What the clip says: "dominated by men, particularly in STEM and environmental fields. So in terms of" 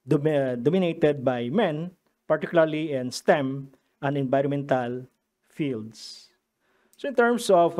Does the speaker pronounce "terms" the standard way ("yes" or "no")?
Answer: no